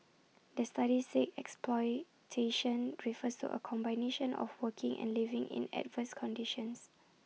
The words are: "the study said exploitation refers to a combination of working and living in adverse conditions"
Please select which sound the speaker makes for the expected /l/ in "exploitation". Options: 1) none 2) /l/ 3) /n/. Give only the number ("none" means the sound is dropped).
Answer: 2